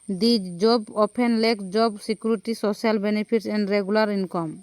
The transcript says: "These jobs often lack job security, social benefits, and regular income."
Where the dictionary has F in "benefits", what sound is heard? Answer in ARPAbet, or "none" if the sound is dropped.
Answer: P